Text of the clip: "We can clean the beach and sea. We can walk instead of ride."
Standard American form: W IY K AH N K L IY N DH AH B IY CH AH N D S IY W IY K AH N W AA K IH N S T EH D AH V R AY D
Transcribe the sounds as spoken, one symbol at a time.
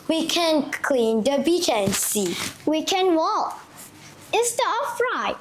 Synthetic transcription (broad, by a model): W IY K AH N K L IY N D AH B IY CH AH N S IY W IY K AH N W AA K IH S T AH AH F R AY